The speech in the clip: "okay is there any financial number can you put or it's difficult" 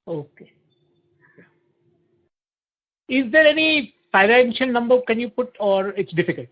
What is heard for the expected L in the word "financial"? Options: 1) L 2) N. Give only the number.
2